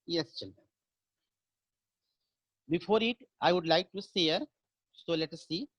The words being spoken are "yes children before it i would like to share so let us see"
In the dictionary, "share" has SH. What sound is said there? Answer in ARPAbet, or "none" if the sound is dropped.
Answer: S